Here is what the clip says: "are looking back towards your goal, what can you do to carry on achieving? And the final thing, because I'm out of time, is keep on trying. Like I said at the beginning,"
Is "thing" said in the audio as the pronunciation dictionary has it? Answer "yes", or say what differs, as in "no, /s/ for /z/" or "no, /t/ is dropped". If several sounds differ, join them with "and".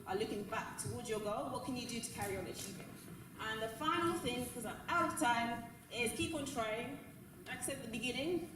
yes